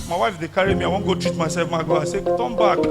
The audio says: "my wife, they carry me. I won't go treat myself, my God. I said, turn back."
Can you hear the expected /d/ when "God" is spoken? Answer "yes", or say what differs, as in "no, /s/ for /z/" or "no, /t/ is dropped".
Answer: no, /d/ is dropped